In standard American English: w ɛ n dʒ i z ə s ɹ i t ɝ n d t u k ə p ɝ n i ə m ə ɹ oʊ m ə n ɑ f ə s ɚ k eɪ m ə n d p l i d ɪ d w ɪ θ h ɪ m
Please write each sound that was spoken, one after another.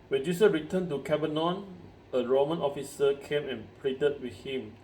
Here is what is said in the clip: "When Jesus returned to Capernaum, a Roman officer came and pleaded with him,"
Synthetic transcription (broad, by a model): w ɛ n dʒ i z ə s ɹ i t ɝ n t u k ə b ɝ n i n ə ɹ oʊ m ə n ɑ f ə s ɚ k eɪ m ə n p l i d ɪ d w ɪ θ h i m